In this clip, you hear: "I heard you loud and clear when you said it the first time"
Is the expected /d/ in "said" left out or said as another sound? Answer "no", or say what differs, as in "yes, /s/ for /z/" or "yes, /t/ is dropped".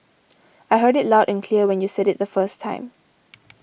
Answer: no